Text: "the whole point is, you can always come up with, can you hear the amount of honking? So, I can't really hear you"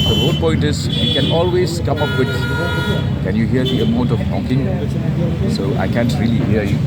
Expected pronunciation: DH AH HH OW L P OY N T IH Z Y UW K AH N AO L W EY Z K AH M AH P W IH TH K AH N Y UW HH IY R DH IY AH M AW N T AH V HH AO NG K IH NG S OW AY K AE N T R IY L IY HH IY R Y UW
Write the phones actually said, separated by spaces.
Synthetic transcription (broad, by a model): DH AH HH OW N P OY N T IH Z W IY K AH N AO L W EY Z K AH M AH P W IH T K AH N Y UW HH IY R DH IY AH M AW N T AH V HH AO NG K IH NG S OW AY K AE N T R IY L IY HH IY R Y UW